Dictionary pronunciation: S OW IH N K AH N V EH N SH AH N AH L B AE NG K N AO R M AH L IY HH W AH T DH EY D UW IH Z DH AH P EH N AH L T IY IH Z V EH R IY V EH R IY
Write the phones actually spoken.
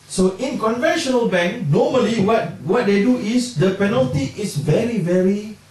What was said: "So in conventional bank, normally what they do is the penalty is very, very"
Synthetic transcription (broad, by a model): S OW IH N K AH N V EH N SH AH N AH L B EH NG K N AO M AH L IY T W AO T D EY D UW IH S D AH P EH N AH L T IY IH S V EH R IY V EH R IY